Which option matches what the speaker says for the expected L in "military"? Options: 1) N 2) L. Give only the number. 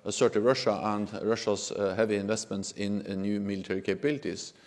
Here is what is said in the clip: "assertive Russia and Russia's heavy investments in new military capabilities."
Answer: 2